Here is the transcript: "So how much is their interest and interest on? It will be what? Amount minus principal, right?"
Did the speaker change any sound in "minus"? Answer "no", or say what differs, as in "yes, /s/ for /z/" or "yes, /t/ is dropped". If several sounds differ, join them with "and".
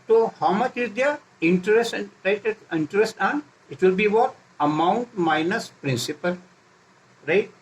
no